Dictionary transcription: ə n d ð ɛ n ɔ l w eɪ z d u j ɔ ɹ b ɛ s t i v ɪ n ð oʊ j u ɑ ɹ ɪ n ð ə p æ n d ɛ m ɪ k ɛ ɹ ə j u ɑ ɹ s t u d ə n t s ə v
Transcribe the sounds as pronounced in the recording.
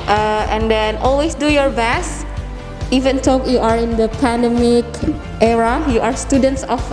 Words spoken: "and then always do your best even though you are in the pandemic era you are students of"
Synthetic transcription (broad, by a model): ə n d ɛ n ɔ l w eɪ s d u j ɔ ɹ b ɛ s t i v ɪ n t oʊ j u ɑ ɹ ɪ n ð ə p æ n d ɛ m ɪ k ɛ ɹ ə j u ɑ ɹ s t u d ə n t s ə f